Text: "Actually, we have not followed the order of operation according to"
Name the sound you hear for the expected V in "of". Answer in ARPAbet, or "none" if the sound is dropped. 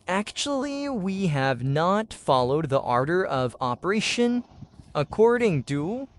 V